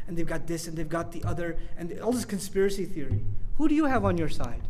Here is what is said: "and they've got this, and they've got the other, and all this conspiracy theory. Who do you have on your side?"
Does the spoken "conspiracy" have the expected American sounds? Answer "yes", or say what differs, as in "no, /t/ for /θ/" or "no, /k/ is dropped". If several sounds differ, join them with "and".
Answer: yes